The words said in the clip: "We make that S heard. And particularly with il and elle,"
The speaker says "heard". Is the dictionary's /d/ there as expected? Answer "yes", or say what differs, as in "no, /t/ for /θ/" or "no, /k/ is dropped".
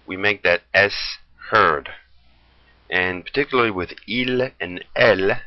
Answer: yes